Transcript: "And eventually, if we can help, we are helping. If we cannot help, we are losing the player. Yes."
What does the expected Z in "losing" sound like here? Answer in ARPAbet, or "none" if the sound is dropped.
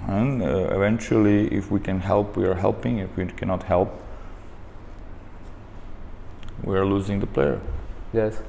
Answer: Z